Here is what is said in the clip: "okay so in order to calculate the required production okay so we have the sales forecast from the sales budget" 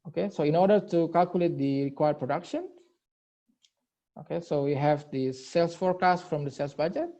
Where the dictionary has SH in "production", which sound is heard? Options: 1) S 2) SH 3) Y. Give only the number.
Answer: 2